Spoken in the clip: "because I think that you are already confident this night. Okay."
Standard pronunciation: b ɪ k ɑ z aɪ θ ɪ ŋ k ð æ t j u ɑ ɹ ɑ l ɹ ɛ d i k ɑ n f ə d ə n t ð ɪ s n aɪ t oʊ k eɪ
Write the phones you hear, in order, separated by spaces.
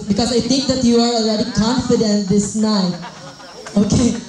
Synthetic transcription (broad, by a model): b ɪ k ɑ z aɪ t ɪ ŋ k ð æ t j u ɑ ɹ ɑ l ɹ ɛ d i k ɑ n f ə d ə n t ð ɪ s n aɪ oʊ k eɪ